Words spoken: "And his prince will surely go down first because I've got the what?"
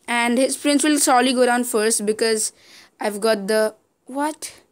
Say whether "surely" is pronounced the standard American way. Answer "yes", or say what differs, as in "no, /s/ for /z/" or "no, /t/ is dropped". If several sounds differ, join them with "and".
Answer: no, /s/ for /ʃ/